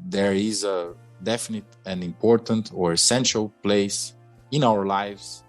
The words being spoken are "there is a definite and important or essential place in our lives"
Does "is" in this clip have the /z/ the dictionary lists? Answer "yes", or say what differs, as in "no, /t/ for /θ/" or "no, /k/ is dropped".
yes